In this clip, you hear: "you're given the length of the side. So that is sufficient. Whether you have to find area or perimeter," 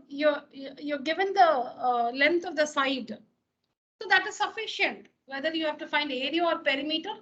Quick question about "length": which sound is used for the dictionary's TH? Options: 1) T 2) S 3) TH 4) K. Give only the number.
1